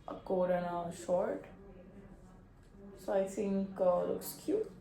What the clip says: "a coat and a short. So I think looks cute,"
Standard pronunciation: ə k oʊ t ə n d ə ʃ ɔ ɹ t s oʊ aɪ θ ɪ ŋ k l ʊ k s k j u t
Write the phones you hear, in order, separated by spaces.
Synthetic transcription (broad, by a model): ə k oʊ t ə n ə ʃ ɔ ɹ t s oʊ aɪ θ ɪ ŋ k l ʊ k s k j u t